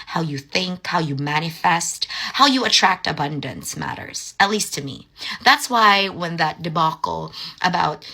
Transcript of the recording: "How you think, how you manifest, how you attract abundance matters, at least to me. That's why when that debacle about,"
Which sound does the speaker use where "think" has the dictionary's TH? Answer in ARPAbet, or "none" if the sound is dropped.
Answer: TH